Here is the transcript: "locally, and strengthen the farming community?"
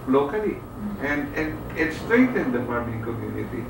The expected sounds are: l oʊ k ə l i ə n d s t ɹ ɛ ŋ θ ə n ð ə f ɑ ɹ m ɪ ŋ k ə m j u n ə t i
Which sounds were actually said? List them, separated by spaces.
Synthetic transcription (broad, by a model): l oʊ k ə l i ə n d s t ɹ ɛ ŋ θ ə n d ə p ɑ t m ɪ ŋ k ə m j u n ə t i